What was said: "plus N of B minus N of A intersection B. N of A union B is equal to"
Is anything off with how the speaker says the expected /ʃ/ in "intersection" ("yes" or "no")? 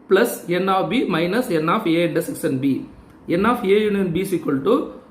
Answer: yes